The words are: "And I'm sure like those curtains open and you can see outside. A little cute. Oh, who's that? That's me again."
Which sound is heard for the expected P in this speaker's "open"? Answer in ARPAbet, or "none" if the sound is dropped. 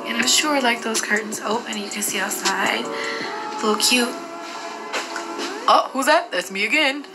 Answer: none